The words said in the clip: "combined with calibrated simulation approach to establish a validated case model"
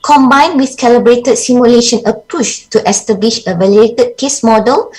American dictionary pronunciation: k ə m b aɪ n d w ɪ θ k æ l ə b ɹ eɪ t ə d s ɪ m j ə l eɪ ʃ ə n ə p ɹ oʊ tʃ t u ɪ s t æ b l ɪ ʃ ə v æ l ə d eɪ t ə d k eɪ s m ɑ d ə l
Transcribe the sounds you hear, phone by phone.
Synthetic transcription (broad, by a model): k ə m b aɪ n w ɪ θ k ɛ l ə b ɹ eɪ t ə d s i m j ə l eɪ ʃ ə n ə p u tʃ t u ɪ s t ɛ b l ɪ ʃ ə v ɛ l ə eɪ t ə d k eɪ s m ɑ d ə l